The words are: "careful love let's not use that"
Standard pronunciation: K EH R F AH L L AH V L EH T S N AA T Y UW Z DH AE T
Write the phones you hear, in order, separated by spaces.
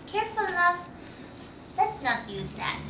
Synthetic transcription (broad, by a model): K EH R F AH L N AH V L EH T S N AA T Y UW Z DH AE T